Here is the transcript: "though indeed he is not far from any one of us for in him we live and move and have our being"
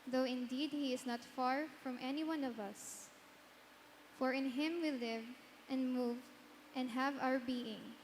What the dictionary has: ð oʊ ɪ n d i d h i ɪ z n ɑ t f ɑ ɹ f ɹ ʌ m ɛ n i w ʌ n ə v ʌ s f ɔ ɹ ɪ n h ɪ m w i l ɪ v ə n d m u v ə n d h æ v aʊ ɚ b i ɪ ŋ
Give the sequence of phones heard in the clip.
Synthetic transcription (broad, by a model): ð oʊ ɪ n d i d h i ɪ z n ɑ t f ɑ ɹ f ɹ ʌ m ɛ n i w ʌ n ə v ʌ s f ɔ ɹ ɪ n h ɪ m w i l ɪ v ə n d m u v ə n d h æ v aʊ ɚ b i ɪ ŋ